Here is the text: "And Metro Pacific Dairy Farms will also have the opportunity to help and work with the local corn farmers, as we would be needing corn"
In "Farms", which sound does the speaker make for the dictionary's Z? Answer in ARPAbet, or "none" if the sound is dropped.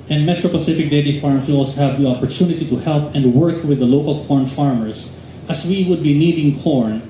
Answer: S